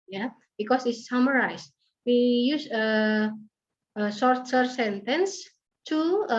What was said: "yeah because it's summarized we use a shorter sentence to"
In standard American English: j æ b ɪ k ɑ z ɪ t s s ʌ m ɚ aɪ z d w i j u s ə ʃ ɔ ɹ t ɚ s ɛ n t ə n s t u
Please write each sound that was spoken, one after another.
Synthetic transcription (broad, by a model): j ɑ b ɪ k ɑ s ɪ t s s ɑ m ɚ aɪ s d w i j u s ə s ɔ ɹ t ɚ s ɛ n t ə n s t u